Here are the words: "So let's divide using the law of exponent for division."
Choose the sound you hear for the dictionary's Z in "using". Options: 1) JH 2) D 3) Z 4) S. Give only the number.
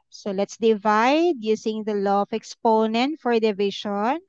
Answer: 4